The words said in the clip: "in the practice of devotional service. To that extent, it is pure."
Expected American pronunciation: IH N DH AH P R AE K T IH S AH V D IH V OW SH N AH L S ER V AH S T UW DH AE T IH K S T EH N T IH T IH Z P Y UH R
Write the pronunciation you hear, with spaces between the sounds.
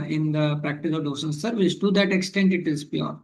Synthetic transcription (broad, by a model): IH N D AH P R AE K T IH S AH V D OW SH AH N S ER V AH S T UW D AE T IH K S T EH N T IH T IH Z P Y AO R